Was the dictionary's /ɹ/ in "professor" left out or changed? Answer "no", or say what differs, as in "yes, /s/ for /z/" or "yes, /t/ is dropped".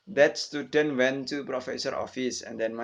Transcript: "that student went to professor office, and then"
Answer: no